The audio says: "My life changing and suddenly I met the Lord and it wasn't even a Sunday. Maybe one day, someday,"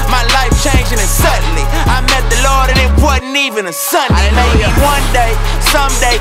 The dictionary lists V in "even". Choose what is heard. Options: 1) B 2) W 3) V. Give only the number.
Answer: 3